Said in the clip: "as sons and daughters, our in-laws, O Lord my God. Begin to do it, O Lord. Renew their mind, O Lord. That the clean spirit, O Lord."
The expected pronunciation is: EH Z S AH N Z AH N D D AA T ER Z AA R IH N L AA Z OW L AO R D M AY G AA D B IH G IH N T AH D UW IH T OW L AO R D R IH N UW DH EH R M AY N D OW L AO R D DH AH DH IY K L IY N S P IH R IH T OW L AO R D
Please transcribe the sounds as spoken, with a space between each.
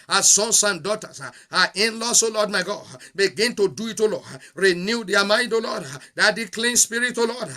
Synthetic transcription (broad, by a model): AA S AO N S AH N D D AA T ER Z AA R IH N L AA S OW L AO D M AY G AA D B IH G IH N T AH D UW IH T OW L AO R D R IH N UW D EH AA M AY N D OW L AO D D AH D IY K L IY N S P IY R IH T OW L AO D